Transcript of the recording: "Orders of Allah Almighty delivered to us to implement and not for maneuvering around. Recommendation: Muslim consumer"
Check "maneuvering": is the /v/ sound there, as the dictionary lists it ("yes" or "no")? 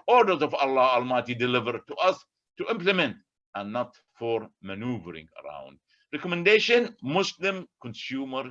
yes